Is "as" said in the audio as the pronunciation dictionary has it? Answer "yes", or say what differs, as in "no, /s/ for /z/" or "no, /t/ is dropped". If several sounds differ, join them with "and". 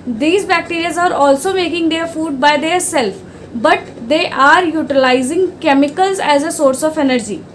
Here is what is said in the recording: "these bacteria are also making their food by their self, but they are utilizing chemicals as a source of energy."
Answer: yes